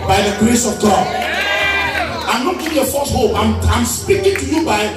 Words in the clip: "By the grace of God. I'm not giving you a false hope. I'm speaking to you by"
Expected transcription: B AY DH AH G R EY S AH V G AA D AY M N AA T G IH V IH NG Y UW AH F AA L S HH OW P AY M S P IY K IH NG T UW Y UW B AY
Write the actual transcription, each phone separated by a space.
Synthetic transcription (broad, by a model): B AY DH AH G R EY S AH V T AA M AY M L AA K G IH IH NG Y AH F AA S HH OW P AY M S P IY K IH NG T UW Y UW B AY